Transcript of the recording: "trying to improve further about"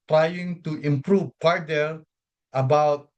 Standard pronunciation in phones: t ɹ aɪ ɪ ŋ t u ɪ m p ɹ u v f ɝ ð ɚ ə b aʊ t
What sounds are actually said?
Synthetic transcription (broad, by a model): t ɹ aɪ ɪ ŋ t u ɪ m p ɹ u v p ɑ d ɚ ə b aʊ t